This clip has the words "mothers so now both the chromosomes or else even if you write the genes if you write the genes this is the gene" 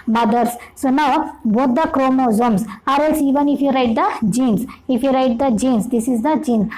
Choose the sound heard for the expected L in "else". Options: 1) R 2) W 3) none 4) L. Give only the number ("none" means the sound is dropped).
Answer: 3